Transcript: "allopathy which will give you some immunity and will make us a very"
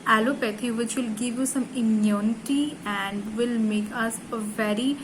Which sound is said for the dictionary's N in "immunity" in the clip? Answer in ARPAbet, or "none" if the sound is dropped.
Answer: N